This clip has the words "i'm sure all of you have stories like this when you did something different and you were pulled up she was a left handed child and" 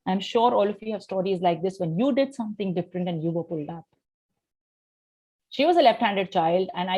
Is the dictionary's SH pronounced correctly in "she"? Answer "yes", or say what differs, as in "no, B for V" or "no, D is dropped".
yes